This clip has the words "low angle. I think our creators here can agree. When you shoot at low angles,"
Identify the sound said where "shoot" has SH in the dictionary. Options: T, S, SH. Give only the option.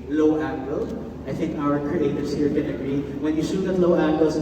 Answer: S